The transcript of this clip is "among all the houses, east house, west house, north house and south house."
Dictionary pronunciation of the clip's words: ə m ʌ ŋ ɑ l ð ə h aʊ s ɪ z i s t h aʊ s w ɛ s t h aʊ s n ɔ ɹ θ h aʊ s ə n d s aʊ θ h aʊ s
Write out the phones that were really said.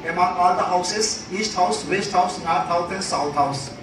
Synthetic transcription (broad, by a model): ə m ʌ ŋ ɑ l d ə h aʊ s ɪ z i s t h aʊ s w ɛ s t h aʊ s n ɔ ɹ t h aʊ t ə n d s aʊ t h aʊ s